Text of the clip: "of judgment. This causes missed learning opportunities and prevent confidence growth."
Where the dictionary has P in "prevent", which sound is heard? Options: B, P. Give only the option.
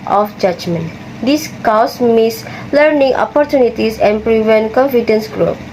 P